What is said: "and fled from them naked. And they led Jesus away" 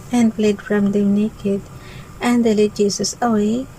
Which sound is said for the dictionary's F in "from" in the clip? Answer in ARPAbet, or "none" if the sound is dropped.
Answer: F